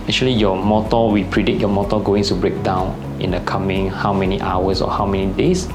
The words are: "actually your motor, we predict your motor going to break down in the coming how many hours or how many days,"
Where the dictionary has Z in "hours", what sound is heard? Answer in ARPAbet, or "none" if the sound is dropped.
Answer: S